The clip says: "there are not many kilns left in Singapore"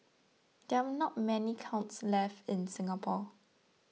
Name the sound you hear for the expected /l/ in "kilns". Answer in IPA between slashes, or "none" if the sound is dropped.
/w/